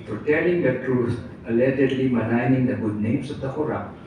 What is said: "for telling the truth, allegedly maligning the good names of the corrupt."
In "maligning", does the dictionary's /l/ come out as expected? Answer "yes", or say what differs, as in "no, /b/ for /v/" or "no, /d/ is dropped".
no, /n/ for /l/